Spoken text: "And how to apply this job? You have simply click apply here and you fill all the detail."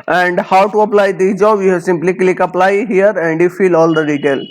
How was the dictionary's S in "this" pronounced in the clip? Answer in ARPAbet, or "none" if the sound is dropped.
none